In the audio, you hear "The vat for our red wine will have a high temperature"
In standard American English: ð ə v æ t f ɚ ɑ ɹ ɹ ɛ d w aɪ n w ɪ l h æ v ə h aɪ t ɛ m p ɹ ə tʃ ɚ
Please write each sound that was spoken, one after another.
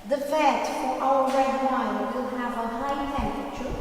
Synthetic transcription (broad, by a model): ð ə f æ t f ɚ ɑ l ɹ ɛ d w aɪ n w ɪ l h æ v ə h aɪ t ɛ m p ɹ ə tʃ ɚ